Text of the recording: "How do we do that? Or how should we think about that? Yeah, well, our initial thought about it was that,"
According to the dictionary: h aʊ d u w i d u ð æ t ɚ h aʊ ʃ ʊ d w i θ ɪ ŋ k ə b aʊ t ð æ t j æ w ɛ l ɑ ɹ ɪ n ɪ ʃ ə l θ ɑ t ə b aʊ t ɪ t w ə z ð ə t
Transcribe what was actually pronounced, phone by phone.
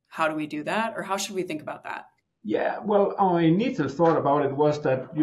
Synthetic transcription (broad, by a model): h aʊ d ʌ w i d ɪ ð æ t ɚ h aʊ ʃ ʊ d w i θ ɪ ŋ k ə b aʊ t ð æ t j æ w ɛ l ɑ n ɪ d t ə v θ ɑ t ə b aʊ t ɪ t w ə z ð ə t